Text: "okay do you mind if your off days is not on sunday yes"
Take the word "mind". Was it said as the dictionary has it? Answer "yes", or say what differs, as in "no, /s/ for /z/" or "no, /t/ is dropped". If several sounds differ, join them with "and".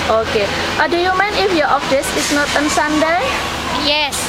no, /d/ is dropped